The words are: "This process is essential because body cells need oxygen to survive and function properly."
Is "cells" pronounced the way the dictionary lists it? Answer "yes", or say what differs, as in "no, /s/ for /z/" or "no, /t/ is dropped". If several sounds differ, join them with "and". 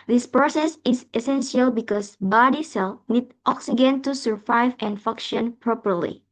no, /z/ is dropped